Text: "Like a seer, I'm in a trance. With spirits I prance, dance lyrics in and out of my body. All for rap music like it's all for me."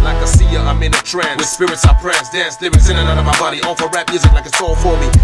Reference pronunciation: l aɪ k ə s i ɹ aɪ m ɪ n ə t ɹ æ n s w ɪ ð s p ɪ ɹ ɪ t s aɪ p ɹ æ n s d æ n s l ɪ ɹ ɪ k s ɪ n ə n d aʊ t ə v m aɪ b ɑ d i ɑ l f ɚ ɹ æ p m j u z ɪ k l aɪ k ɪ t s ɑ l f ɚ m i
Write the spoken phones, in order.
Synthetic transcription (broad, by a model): l aɪ k ə s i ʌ aɪ m ɪ n ə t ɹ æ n w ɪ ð s p ɪ ɹ ɪ t s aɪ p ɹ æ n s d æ s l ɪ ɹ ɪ s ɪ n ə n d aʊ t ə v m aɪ b ɑ d i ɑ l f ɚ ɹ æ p m j u z ɪ k l aɪ k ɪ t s ɑ l f ɚ m i